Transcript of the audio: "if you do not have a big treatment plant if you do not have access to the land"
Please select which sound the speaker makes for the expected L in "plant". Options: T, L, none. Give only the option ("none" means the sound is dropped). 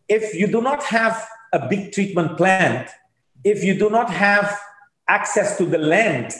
L